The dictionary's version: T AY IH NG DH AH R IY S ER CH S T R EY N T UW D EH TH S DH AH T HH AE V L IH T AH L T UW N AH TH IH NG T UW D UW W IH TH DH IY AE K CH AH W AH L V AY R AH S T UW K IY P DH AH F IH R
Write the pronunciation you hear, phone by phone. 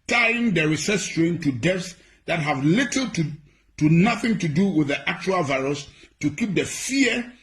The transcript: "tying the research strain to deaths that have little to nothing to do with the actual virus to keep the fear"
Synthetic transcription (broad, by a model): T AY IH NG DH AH R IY S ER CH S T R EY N T UW D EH F S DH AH T HH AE V L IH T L T UW N AH TH IH NG T UW D UW W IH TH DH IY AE K CH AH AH L V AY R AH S T UW K IY P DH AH F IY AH